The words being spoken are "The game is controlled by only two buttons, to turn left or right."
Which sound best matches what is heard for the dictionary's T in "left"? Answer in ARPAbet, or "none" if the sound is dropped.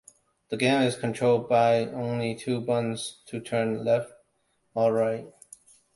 T